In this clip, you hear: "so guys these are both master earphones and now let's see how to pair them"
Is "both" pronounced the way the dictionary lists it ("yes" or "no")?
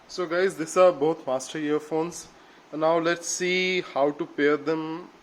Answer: no